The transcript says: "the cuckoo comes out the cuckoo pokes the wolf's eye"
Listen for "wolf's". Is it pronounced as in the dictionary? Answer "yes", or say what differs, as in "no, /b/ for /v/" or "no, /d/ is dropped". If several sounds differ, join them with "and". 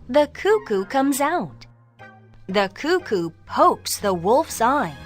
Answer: yes